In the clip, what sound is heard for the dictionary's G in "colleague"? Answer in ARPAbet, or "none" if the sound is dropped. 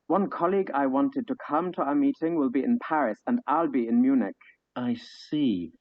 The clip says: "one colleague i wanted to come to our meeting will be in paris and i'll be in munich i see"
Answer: G